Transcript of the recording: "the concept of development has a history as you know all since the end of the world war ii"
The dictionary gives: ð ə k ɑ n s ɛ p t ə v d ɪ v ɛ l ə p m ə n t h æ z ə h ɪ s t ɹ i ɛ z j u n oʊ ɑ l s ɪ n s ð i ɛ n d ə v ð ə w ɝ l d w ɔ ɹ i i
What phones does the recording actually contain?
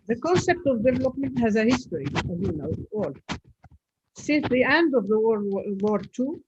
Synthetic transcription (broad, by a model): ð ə k ɑ n s ɛ p t ə v d ɪ v ɛ l ə p m ə n t h æ z ə h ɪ s t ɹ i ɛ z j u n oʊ ɑ l s ɪ n s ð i ɛ n d ə v ð ə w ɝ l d w ɔ ɹ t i